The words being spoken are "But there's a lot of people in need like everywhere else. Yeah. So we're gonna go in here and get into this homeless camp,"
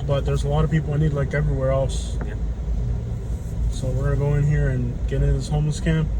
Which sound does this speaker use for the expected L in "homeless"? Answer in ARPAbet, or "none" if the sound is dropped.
L